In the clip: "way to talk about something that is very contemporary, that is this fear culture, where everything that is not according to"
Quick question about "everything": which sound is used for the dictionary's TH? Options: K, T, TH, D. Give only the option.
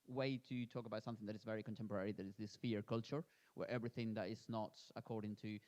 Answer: TH